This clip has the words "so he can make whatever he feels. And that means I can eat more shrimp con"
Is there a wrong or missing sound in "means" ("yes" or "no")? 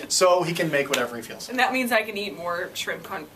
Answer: no